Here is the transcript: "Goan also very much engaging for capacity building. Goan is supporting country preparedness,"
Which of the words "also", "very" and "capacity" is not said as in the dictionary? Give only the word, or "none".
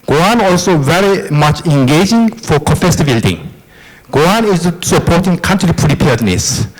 capacity